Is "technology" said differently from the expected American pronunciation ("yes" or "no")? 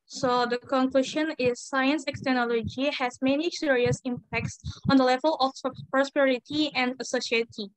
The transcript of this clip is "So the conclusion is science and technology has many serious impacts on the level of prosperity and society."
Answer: yes